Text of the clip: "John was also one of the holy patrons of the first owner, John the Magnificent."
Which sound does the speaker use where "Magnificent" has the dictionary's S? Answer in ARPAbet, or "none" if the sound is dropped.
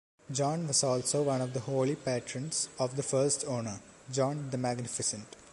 S